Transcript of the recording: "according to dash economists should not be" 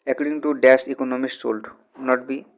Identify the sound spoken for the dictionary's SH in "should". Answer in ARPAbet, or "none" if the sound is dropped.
S